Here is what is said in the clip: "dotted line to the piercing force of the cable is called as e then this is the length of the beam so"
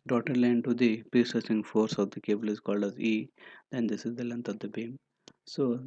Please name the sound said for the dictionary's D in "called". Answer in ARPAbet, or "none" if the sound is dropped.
D